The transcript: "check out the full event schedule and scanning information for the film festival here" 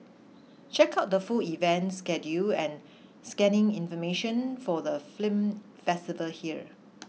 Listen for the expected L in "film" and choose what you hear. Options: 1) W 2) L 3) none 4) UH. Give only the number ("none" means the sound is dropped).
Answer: 3